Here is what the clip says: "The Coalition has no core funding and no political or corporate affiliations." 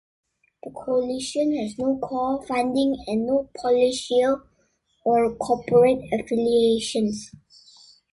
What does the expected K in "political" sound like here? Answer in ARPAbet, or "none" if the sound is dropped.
none